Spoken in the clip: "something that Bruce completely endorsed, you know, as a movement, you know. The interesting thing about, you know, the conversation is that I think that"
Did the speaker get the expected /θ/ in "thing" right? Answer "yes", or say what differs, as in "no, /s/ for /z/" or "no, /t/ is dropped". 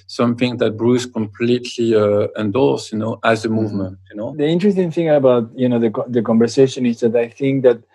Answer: yes